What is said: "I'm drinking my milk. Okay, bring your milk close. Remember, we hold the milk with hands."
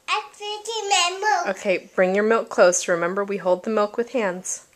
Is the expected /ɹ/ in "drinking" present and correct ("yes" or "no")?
no